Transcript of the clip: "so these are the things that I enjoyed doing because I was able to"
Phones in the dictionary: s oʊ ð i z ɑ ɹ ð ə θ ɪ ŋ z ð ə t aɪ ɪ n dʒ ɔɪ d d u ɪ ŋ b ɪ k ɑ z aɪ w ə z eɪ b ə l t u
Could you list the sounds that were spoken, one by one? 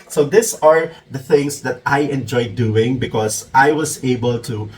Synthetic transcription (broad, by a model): s oʊ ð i s ɑ ɹ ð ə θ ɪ ŋ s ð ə t aɪ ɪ n dʒ ɔɪ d d u ɪ ŋ b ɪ k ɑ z aɪ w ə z eɪ b ə l t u